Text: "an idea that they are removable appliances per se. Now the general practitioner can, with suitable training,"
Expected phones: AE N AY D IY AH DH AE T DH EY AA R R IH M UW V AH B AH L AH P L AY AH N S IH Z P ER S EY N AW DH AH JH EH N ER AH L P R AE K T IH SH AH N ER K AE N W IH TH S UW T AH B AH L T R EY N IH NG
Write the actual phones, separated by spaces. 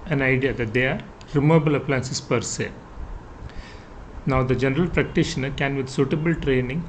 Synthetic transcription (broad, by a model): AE N AY D IY AH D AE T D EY AA R R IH M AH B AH L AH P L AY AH N S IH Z P ER S EY N AW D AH JH EH N ER AH L P R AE K T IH SH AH N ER K AE N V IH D S UW T AH B AH L T R EY N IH NG